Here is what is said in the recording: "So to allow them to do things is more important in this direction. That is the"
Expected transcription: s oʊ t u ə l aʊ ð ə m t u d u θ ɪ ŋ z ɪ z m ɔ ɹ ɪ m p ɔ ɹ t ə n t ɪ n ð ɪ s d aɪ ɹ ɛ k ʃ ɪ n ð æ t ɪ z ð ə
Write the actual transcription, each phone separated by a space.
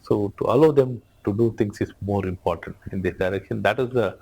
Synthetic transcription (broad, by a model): s oʊ t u ə l aʊ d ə m t u d u t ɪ ŋ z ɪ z m ɔ ɹ ɪ m p ɔ ɹ t ə n t ɪ n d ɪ d aɪ ɹ ɛ k ʃ ɪ n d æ t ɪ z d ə